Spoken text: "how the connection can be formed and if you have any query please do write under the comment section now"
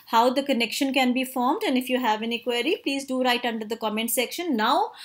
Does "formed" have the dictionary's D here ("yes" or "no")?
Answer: yes